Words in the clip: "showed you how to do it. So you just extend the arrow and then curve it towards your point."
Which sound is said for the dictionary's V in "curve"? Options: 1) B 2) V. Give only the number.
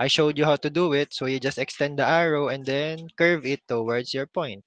2